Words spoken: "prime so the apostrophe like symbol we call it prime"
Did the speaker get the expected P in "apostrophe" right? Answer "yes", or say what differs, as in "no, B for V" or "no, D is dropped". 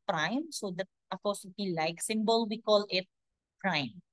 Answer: no, F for P